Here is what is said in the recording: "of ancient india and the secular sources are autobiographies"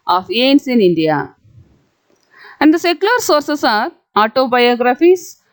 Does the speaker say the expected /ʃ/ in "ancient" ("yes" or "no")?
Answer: no